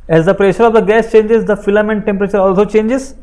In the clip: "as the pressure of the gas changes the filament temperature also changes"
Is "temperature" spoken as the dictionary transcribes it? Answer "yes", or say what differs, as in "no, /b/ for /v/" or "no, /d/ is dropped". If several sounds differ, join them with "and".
yes